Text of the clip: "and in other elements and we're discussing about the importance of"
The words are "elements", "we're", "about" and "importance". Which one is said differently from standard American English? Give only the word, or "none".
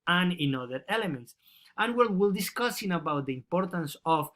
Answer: we're